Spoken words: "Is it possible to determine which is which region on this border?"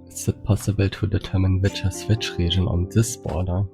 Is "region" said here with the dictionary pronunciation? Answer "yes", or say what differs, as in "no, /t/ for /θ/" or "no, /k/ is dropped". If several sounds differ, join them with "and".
no, /ʒ/ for /dʒ/